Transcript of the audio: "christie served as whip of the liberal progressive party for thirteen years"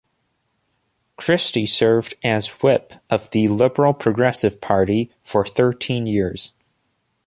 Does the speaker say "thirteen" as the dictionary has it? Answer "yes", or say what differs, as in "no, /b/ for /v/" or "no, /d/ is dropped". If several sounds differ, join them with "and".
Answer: yes